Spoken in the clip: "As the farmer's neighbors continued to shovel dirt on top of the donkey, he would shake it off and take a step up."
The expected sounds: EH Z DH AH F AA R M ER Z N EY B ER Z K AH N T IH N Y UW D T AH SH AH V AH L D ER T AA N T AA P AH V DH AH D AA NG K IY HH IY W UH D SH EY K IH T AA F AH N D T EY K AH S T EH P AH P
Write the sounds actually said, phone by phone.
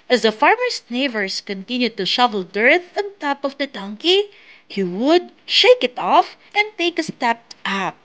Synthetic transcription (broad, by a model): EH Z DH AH F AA R M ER S N EY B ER S K AH N T IH N Y UW D T AH SH AH V AH L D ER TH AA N T AA P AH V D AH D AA NG K IY HH IY W UH D SH EY K IH T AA F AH N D T EY K AH S T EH P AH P